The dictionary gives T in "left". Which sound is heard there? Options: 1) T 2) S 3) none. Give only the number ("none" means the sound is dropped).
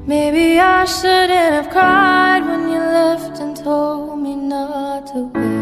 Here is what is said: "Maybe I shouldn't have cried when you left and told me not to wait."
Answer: 1